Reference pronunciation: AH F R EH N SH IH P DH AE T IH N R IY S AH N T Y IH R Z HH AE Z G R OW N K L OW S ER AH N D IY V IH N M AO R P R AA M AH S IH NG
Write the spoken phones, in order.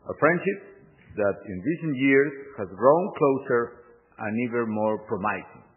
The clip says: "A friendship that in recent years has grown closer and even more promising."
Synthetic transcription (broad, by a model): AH F R EH N SH IH P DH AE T IH N R IY S AH N T Y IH R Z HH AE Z G R OW N K L OW S ER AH N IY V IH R M AO R P R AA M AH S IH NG